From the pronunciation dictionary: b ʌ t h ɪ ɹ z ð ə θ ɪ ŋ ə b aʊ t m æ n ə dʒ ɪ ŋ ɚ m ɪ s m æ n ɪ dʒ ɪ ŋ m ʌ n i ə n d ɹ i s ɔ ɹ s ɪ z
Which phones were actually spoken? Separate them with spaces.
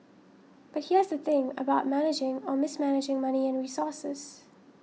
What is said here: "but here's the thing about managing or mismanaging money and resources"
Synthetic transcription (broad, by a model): b ʌ t h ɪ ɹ z ð ə θ ɪ ŋ ə b aʊ t m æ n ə dʒ ɪ ŋ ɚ m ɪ s m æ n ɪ dʒ ɪ ŋ m ʌ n i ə n ɹ i s ɔ ɹ s ɪ z